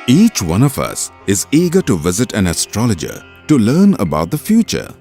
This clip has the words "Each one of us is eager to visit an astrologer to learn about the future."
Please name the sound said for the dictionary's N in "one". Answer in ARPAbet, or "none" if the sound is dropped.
N